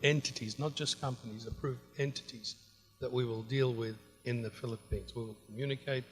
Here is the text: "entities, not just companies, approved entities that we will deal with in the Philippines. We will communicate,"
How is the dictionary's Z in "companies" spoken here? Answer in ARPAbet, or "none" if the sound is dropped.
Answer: Z